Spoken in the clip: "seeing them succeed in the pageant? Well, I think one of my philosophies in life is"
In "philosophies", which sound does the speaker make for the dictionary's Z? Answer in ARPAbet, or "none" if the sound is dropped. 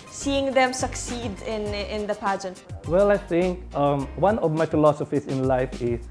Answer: S